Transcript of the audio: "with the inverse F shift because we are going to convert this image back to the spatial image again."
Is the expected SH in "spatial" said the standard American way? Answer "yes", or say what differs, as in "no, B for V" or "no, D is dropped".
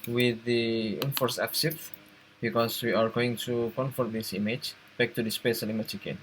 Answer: no, S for SH